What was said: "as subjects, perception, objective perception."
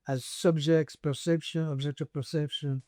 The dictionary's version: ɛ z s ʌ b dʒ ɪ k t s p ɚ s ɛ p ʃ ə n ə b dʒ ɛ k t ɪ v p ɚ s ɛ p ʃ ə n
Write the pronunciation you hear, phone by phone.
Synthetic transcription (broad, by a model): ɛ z s ʌ b dʒ ɪ k t s p ɚ s ɛ p ʃ ə n ə b dʒ ɛ k t ɪ v p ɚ s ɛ p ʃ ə n